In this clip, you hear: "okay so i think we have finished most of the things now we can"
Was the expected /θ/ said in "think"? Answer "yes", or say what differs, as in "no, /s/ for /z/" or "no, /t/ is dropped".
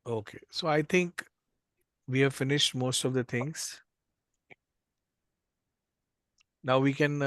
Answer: no, /t/ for /θ/